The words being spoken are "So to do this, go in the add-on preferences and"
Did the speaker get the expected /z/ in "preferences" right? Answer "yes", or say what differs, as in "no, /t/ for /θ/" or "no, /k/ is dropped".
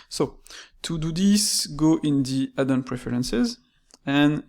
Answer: yes